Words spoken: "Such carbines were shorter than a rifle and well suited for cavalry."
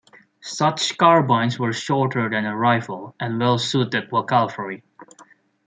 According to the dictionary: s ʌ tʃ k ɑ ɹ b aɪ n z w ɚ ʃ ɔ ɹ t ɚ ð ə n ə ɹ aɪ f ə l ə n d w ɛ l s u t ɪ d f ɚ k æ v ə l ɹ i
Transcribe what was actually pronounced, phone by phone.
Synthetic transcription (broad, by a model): s ʌ tʃ k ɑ ɹ b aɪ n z w ɚ ʃ ɔ ɹ t ɚ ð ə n ə ɹ aɪ f ə l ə n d w ɛ l s u t ɪ d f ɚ k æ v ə ɹ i